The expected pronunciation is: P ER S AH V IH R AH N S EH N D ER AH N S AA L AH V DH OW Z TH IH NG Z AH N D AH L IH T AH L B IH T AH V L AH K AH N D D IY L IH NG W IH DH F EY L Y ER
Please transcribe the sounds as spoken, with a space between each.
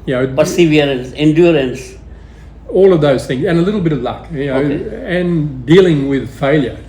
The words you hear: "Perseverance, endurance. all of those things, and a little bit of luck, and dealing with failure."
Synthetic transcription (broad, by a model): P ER S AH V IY R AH N S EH N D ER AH N S AA L AH V DH OW Z TH IH NG Z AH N AH L IH T L B IH T AH V L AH K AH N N D IY L IH NG W IH DH F EY L Y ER